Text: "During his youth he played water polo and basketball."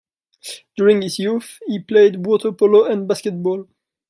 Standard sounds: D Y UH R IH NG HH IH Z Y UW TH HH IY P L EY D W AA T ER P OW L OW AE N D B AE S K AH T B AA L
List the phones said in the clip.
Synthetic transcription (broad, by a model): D Y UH R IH NG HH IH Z Y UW F HH IY P L EY D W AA T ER P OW L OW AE N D B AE S K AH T B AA L